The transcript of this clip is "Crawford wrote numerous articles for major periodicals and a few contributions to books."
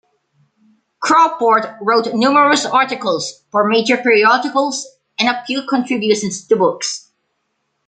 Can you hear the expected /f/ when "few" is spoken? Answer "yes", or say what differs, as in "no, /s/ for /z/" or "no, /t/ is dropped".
no, /p/ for /f/